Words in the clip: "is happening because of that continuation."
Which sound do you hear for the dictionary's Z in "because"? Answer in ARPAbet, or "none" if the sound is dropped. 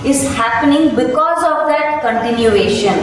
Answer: Z